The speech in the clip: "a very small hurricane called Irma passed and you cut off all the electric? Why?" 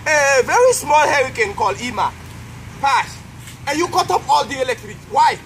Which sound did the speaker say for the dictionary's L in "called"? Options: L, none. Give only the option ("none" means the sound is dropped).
L